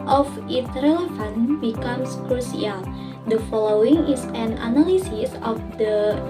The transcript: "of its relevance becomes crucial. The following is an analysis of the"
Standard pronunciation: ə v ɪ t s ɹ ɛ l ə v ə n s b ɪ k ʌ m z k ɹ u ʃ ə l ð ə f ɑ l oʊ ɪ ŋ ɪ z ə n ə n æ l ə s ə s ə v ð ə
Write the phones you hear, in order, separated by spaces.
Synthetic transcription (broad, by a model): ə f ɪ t ɹ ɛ l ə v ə n b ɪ k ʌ m s k ɹ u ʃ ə l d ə f ɑ l oʊ ɪ ŋ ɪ s ə n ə n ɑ l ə s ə s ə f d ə